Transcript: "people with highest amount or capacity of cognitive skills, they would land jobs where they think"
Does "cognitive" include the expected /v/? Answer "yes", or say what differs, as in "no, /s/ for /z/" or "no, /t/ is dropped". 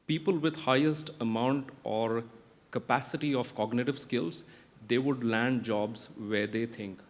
yes